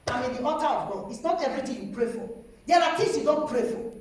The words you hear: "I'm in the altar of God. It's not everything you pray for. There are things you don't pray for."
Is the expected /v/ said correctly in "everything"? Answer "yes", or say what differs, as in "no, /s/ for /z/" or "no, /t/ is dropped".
no, /v/ is dropped